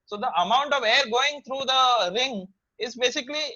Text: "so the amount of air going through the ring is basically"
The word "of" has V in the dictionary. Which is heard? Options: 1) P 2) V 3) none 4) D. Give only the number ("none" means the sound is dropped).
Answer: 2